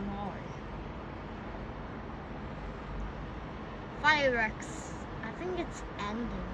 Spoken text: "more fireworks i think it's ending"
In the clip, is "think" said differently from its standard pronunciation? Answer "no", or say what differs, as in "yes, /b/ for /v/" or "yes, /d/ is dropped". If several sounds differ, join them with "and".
no